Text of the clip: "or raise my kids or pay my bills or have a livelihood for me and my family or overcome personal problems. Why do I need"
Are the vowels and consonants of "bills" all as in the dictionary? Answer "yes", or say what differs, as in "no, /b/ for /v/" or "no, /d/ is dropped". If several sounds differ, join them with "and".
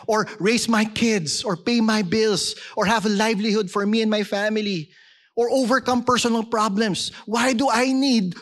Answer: no, /s/ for /z/